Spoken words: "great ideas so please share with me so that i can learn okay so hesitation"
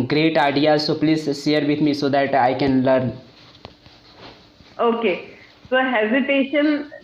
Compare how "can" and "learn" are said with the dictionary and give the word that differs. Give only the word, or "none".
none